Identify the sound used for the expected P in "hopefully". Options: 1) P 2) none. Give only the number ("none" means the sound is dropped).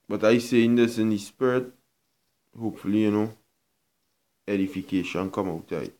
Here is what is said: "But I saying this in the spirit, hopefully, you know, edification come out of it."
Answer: 1